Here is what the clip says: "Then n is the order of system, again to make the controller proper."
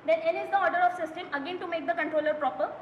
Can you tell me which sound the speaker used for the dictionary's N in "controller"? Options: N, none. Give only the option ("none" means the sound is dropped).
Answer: N